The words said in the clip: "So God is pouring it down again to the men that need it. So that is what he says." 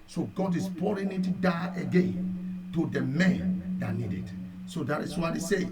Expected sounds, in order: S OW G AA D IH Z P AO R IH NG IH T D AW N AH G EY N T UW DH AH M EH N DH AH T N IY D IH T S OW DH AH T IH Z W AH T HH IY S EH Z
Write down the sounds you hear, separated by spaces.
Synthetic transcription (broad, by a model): S OW G AA D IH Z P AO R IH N IH T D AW AH G EY N T UW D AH M EH N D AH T N IY D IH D S OW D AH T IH S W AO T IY S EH